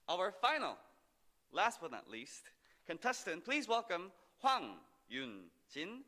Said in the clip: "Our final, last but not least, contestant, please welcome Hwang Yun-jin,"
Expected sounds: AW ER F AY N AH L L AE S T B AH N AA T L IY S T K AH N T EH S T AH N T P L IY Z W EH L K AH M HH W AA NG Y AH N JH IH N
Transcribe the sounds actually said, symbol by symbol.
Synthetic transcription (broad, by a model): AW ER F AY N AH L L AE S T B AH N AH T L IY S T K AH N T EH S T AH N P L IY Z W EH L K AH M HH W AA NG Y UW N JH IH N